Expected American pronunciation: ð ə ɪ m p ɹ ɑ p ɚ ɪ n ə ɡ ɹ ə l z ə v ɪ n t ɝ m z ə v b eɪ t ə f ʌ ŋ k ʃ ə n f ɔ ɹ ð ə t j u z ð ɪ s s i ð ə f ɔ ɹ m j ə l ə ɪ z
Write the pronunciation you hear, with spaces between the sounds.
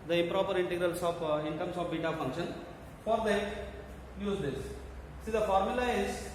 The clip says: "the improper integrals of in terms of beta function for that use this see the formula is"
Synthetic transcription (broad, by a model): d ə ɪ m p ɹ ɑ p ɚ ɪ n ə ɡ ɹ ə l s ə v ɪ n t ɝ m s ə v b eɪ t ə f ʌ ŋ k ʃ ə n f ɔ ɹ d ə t j u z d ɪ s s i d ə f ɔ ɹ m j ə l ə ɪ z